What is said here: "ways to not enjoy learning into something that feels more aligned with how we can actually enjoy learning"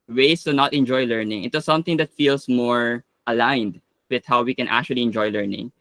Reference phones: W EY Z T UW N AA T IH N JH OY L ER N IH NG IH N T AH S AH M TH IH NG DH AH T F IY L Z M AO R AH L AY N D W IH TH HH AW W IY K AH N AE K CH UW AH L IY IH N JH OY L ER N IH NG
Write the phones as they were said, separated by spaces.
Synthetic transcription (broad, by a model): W EY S T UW N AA T IH N JH OY L ER N IH NG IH T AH S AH M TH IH NG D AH T F IY L S M AO R AH L AY N D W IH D HH AW W IY K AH N AE K CH UW AH L IY IH N JH OY L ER N IH NG